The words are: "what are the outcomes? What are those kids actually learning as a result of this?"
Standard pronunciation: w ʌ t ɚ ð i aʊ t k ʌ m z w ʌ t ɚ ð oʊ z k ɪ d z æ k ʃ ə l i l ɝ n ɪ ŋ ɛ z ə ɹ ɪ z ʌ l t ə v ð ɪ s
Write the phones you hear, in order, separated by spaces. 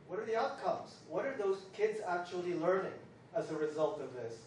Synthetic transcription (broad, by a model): w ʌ t ɚ ð i aʊ t k ʌ m z w ʌ t ɚ ð oʊ z k ɪ d z æ k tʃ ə l i l ɝ n ɪ ŋ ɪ z ə ɹ ɪ z ʌ l t ə v ð ɪ s